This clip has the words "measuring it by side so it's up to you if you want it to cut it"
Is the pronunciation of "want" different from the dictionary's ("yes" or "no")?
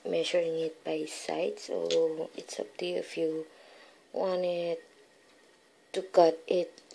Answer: yes